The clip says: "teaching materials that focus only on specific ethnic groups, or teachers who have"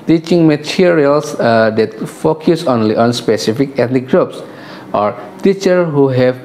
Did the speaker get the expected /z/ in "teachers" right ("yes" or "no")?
no